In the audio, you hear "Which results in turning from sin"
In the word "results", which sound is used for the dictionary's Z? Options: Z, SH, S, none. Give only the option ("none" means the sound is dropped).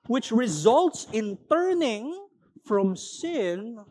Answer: Z